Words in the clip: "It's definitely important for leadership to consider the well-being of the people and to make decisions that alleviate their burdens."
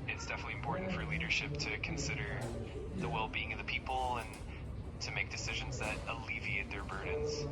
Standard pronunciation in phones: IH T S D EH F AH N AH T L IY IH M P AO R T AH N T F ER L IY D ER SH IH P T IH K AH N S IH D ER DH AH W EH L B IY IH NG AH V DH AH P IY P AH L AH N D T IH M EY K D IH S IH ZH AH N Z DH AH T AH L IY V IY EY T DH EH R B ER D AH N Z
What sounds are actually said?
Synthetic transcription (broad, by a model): IH T S D EH F AH N AH T L IY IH M P AO R T N T F ER L IY D ER SH IH P T IH K N S IH D ER DH AH W EH L B IY IH NG AH V DH AH P IY P L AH N T IH M EY K D IH S IH ZH AH N Z DH AH T AH L IY V IY EY T DH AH R B ER D N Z